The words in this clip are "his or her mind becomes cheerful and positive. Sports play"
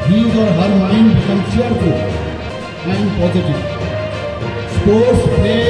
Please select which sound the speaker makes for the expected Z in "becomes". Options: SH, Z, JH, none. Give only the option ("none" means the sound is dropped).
none